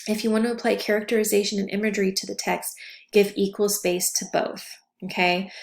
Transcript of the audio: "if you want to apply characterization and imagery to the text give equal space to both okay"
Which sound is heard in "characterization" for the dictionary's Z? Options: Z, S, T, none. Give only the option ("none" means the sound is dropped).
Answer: Z